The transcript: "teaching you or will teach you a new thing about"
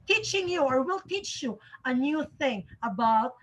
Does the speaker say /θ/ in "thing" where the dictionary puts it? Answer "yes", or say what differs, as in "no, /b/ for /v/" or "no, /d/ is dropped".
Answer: yes